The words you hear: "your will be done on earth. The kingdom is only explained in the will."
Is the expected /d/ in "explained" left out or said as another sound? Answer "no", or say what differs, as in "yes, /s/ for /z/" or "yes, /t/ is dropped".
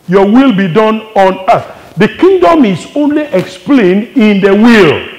no